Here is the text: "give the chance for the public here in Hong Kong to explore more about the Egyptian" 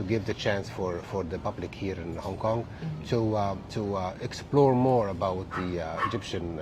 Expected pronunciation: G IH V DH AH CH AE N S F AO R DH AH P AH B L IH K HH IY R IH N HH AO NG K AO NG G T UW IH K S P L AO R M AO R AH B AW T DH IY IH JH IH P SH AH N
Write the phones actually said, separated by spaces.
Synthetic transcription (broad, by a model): G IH V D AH CH AE N S F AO R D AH P AH B L IH K HH IY R IH N HH AO NG K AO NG G T UW IH K S P L AO R M AO R AH B AW T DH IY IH JH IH P SH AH N